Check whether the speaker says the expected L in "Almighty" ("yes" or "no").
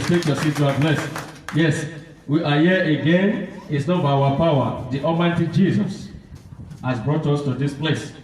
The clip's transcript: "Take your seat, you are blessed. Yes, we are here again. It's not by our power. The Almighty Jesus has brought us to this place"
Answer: no